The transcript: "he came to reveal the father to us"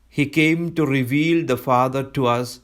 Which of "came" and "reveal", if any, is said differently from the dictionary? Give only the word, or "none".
none